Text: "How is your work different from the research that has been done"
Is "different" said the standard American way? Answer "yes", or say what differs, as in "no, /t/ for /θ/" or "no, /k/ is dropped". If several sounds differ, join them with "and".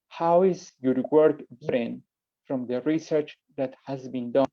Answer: no, /f/ is dropped